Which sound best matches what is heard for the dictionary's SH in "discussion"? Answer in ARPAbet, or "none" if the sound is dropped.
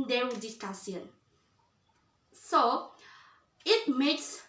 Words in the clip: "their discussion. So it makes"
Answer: S